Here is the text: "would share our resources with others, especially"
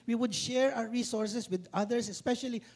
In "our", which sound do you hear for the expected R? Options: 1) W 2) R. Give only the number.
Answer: 1